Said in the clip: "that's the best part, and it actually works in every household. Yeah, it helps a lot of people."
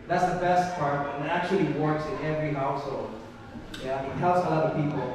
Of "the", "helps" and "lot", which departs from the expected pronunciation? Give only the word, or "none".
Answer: helps